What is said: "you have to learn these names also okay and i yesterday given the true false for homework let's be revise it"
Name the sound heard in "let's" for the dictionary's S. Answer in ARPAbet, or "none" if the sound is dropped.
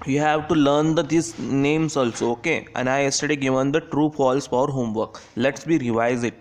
S